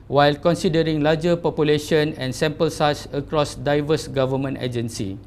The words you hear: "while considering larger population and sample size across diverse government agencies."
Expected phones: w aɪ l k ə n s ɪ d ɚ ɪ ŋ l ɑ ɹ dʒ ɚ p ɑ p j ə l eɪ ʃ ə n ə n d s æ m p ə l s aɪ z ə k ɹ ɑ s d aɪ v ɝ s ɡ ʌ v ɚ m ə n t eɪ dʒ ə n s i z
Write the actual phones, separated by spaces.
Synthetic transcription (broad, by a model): w aɪ l k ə n s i d ɚ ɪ ŋ l ɑ dʒ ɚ p ɑ p j ə l eɪ ʃ ə n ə n s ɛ m p ə l s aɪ s ə k ɹ ɑ s d aɪ v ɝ s ɡ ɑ v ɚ m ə n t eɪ dʒ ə n s i